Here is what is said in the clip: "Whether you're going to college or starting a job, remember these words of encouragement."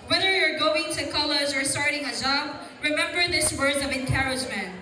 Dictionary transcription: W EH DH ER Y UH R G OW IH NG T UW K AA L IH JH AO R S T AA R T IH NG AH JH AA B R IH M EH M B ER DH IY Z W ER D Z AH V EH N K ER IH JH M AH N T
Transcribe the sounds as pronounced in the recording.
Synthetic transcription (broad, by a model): W EH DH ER Y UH R G OW IH NG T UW K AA L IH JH AO R S T AA R T IH NG AH JH AA B R IH M EH M B ER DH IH S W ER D AH V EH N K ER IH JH M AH N T